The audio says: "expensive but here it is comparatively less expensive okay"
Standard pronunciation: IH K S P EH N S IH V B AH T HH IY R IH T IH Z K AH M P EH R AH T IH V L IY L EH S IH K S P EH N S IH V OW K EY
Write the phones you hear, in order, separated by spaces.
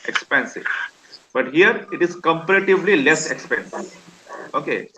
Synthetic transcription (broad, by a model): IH K S P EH N S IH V B AH T HH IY R IH T IH Z K AH M P EH R AH T IH V L IY L EH S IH K S P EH N S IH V OW K EY